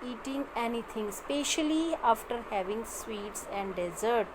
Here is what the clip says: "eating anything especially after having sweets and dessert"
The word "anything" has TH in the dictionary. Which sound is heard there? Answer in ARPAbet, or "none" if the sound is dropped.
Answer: T